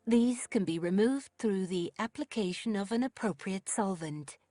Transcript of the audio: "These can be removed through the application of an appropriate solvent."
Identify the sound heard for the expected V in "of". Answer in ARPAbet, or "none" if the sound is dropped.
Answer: V